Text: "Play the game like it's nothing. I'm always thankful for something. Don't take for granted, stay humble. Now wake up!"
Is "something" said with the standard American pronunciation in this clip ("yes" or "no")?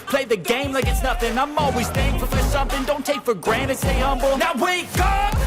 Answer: yes